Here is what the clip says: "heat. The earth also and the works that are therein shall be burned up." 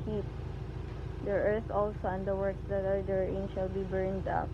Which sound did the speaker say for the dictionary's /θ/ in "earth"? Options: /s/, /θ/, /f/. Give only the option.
/s/